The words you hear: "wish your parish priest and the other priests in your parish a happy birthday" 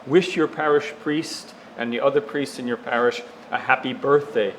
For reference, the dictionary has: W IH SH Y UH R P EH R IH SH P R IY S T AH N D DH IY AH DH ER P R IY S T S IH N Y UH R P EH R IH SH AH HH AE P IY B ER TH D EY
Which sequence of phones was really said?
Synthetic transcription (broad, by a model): W IH SH Y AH R P EH R IH SH P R IY S T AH N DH IY AH DH ER P R IY S T S IH N Y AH R P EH R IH SH AH HH AE P IY B ER TH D EY